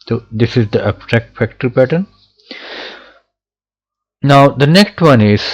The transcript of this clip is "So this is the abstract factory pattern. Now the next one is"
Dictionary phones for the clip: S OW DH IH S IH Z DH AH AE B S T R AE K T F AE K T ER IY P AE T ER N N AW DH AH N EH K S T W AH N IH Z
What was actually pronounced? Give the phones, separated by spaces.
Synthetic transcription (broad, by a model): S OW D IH S IH Z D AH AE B T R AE K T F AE K T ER P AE T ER N N AW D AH N EH K S T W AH N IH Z